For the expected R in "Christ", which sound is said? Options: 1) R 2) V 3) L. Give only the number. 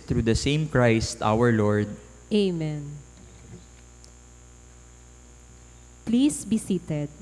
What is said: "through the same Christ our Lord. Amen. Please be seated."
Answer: 1